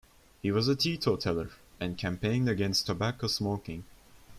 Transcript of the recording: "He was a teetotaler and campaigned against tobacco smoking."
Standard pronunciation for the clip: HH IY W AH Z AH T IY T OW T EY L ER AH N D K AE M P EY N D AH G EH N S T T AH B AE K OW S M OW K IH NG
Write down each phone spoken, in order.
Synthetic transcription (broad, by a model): HH IY W AH Z AH T IY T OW T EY L ER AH N K AE M P EY N D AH G EH N S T T AH B AE K OW S M OW K IH NG